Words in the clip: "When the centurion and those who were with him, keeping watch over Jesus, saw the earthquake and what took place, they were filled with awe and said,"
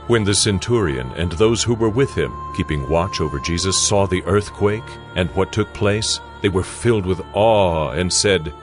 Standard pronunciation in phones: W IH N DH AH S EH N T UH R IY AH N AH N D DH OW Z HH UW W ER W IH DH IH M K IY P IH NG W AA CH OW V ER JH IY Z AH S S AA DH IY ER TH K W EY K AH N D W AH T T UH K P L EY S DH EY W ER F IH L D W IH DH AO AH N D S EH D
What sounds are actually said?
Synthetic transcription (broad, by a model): W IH N DH AH S EH N T UH R IY AH N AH N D DH OW Z HH UW W ER W IH DH IH M K IY P IH NG W AA CH OW V ER JH IY Z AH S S AA DH IY ER TH K W EY K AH N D W AH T T UH K P L EY S DH EY W ER F IH L D W IH DH AO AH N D S EH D